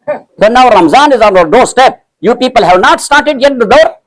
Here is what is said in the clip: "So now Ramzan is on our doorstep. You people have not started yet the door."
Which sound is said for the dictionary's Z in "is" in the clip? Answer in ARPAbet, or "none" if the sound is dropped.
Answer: Z